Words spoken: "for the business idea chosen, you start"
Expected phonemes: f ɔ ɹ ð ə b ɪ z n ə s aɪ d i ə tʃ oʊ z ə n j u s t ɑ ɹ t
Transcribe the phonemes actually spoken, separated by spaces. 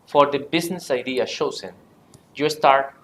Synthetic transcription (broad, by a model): f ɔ ɹ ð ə b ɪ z n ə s aɪ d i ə ʃ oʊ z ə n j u s t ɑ ɹ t